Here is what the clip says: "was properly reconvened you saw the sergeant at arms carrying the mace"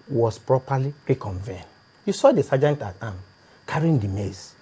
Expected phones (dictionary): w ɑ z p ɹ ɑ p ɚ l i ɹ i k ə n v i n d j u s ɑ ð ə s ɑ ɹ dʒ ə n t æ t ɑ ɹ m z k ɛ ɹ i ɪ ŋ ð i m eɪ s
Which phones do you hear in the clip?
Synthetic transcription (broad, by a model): w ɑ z p ɹ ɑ p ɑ l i ɹ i k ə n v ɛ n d j u s ɑ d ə s ɑ dʒ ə n t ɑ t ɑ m k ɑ ɹ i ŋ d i m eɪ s